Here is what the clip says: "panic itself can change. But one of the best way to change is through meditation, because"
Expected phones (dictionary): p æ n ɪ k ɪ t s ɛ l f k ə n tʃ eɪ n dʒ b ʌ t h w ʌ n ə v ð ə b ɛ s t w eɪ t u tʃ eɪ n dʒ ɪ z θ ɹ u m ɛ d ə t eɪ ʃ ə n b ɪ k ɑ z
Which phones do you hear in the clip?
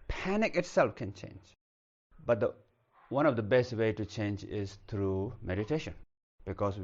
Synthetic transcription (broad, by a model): p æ n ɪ k ɪ t s ɛ l f k ə n tʃ eɪ n dʒ b ʌ t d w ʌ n ə v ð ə b ɛ s t w eɪ t u tʃ eɪ n dʒ ɪ z t ɹ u m ɛ d ə t eɪ ʃ ə n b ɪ k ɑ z